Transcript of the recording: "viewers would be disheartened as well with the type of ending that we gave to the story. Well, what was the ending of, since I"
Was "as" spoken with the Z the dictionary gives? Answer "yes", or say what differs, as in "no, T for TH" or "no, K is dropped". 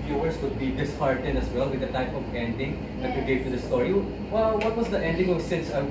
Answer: no, S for Z